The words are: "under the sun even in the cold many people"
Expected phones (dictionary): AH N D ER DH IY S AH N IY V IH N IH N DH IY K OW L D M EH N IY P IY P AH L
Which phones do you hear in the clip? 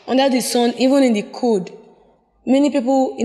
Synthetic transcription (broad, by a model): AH N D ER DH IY S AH N IY V IH N IH N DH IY K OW D M EH N IY P IY P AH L